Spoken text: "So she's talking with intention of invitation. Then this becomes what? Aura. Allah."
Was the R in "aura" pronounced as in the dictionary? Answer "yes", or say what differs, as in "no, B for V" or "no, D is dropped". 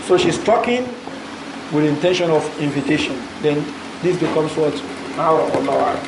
no, R is dropped